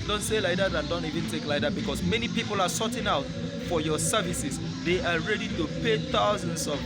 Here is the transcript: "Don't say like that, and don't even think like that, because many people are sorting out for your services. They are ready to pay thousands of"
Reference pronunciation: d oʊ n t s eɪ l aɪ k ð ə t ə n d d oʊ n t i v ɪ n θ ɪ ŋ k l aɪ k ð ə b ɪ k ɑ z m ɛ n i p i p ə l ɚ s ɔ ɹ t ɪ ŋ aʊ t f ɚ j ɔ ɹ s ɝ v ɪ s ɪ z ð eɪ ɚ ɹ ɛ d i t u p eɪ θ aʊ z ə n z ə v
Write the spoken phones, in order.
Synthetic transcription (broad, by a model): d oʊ n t s eɪ l aɪ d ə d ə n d d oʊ n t i v ɪ n t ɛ k l aɪ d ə b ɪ k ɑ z m ɛ n i p i p ə l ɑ s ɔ t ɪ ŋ aʊ t f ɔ j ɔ s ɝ v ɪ s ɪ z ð eɪ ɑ ɹ ɛ d i t u p eɪ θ aʊ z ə n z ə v